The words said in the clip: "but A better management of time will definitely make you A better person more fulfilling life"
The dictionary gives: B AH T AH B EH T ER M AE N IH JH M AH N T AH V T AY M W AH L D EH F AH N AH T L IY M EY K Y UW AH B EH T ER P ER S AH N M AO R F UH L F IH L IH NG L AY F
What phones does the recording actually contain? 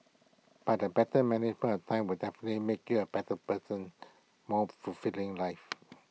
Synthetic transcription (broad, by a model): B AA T AH B EH T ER M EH N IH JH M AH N AH T AY M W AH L D EH F AH N AH T L IY M EY K Y UW AH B EH T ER P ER S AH N M AO F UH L F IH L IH NG L AY F